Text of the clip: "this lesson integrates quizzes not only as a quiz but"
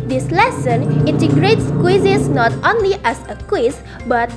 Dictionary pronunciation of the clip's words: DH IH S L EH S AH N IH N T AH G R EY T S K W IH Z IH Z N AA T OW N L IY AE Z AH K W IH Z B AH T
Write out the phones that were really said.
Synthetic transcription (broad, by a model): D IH S L EH S AH N IH N T AH G R EY T S K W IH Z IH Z N AA T OW N L IY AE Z AH K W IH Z B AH T